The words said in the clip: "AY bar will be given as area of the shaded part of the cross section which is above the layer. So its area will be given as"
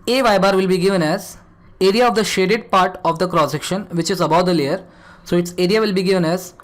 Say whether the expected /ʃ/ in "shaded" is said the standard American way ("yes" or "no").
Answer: yes